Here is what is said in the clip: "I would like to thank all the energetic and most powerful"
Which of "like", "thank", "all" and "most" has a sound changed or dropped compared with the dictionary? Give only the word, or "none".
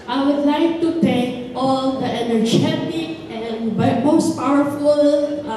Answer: thank